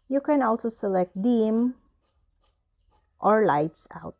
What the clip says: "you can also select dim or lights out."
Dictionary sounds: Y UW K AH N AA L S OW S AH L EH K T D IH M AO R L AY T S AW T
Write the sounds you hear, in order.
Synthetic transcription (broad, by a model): Y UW K AH N AA L S OW S AH L EH K T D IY M AO R L AY T S AW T